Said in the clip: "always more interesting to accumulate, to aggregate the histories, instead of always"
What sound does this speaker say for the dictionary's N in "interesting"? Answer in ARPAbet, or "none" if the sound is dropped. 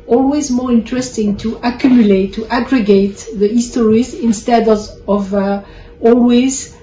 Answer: N